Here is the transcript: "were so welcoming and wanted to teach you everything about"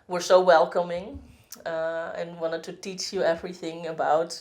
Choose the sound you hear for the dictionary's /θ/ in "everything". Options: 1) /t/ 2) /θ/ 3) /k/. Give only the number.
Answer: 2